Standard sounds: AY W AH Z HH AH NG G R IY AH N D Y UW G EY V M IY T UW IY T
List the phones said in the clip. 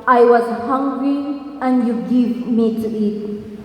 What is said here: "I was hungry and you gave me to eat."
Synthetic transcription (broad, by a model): AY W AH Z HH AH NG G R IY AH N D Y UW G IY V M IY T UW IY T